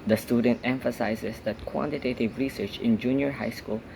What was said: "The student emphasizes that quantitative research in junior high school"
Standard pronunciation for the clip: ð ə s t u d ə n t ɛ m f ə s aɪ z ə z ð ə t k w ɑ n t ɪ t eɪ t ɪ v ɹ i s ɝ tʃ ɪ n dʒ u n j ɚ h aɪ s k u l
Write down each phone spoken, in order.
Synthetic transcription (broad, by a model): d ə s t u d ə n t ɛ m f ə s aɪ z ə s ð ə t k w ɑ n t ɪ t eɪ t ɪ v ɹ i s ɝ tʃ ɪ n dʒ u n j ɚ h aɪ s k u l